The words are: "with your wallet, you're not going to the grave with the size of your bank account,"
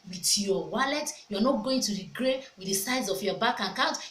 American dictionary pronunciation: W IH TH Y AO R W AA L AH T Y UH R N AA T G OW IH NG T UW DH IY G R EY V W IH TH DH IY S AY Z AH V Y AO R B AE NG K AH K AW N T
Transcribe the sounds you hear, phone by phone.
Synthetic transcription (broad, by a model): W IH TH Y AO W AA L AH T Y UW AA N AA T G OW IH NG T UW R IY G R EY W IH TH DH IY S AY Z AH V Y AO B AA K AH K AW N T